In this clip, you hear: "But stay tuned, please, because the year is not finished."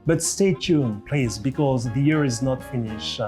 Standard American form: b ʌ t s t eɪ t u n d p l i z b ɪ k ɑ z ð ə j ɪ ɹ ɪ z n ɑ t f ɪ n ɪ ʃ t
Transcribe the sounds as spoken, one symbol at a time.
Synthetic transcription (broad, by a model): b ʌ t s t eɪ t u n p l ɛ s b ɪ k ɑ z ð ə j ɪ ɹ ɪ z n ɑ t f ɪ n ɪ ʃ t